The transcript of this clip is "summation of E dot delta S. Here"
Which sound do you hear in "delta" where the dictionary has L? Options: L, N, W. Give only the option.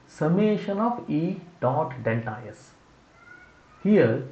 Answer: N